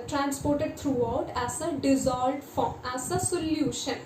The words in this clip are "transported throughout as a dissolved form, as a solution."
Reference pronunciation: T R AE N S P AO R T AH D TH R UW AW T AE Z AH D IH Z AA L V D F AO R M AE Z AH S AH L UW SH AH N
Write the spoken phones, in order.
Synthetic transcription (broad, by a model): T R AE N S P AO R T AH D T R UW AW T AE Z AH D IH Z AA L D F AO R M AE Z AH S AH L UW SH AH N